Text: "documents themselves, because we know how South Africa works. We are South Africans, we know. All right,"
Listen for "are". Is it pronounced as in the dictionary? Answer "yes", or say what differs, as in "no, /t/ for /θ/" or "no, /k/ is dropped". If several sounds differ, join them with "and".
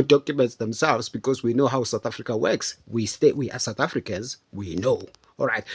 no, /w/ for /ɹ/